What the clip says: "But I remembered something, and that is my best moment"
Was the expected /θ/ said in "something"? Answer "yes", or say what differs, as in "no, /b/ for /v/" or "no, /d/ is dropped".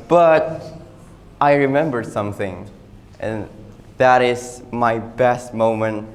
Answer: yes